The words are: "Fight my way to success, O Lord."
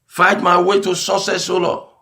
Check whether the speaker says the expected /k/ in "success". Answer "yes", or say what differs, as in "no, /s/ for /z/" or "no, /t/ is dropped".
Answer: no, /k/ is dropped